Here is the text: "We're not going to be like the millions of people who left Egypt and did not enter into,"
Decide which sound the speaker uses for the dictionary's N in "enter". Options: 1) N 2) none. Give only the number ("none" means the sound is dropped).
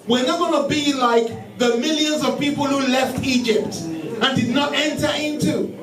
1